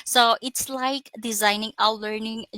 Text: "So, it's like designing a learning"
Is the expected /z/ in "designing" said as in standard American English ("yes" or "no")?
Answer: yes